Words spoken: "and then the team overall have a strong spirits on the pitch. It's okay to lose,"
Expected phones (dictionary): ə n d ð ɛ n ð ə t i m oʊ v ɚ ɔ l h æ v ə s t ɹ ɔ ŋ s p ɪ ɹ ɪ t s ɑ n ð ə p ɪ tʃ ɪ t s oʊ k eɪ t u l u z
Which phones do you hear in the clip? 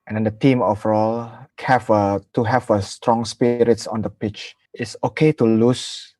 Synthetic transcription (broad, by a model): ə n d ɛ n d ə t i m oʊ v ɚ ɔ l h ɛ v ə s t ɹ ɔ ŋ s p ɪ ɹ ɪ t s ɑ n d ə p ɪ tʃ ɪ t s oʊ k eɪ t u l u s